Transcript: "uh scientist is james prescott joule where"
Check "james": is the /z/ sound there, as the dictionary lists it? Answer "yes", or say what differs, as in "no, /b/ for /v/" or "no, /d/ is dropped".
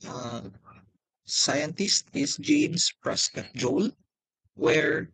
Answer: no, /s/ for /z/